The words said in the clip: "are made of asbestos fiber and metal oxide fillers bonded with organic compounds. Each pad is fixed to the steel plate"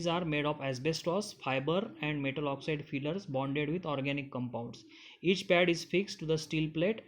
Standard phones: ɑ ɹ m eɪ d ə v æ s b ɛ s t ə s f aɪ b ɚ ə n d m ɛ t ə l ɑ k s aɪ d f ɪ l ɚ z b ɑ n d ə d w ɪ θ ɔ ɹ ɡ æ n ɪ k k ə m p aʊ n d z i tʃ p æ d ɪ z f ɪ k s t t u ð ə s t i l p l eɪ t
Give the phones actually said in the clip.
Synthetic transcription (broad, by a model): ɑ ɹ m eɪ d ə p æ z b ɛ s t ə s f aɪ b ɚ ə n d m ɛ t ə l ɑ k s aɪ d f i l ɚ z b ɑ n d ə d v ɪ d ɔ ɹ ɡ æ n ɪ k k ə m p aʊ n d s i tʃ p æ d ɪ z f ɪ k s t t u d ə s t i l p l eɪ t